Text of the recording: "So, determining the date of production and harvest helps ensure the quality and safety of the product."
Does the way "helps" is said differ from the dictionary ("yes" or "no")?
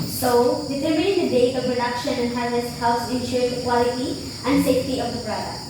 yes